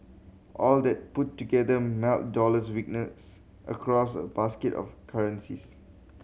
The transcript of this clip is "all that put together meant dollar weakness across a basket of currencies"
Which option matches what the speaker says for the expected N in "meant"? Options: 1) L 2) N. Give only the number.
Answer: 1